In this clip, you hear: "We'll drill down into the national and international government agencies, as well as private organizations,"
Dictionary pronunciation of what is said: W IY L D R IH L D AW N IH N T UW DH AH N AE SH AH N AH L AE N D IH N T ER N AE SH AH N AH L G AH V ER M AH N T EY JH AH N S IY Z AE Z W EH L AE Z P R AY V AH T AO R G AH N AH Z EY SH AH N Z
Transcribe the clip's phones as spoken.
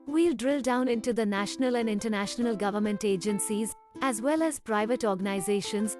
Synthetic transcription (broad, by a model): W IY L D R IH L D AW N IH N T UW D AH N AE SH AH N AH L AE N D IH N T ER N AE SH AH N AH L G AH V ER M AH N T EY JH AH N S IY Z AE Z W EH L AE Z P R AY V AH T AO R G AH N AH Z EY SH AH N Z